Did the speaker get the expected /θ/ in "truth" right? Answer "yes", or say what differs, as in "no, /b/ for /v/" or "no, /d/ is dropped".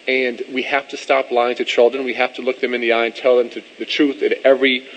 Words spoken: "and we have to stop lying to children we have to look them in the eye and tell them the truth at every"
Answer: yes